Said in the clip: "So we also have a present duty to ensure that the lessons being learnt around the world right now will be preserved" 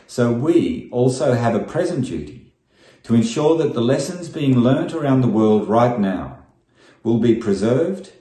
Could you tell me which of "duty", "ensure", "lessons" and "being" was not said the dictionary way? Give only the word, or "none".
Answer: none